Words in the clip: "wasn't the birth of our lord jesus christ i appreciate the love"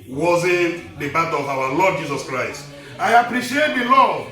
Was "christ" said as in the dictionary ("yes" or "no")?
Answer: yes